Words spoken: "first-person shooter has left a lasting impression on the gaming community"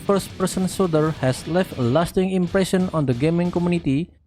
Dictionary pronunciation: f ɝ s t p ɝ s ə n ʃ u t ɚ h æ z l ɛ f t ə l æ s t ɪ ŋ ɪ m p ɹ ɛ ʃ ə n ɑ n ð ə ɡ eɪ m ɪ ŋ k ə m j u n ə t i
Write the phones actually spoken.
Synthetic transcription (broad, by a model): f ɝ s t p ɝ s ə n s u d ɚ h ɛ s l ɛ f t l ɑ s t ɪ ŋ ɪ m p ɹ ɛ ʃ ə n ɑ n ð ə ɡ eɪ m ɪ ŋ k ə m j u n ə t i